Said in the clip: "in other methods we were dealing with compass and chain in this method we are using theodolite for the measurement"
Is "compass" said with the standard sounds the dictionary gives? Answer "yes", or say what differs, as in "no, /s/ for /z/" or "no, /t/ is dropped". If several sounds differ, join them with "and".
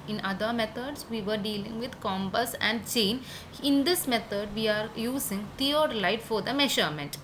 no, /b/ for /p/